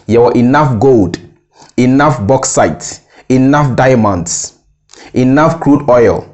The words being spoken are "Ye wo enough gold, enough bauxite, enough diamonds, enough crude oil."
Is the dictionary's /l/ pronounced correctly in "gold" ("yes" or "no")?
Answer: yes